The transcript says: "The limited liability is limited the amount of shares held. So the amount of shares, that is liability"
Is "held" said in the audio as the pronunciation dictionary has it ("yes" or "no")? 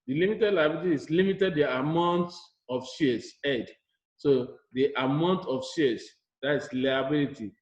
no